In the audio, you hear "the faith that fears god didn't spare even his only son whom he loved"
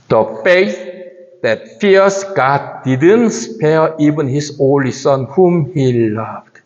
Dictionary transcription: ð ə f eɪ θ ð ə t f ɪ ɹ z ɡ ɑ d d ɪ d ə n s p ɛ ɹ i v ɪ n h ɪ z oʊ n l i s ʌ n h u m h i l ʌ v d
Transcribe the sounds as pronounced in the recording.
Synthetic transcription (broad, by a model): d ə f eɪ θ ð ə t f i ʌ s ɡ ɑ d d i d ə n s p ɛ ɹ i v ɪ n h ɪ s oʊ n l i s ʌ n h u m h i l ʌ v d